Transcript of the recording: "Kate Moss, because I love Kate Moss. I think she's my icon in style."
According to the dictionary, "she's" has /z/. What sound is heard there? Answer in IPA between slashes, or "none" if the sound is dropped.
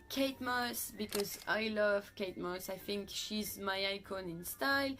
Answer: /z/